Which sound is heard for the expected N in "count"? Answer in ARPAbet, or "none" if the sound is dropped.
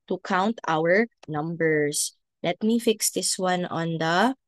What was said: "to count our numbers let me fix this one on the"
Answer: N